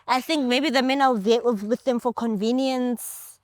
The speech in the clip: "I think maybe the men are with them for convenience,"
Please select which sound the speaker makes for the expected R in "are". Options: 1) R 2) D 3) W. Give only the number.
3